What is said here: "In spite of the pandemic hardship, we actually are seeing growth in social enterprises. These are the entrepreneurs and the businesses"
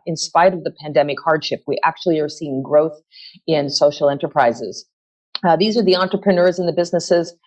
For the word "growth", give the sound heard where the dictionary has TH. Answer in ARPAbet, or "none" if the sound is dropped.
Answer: TH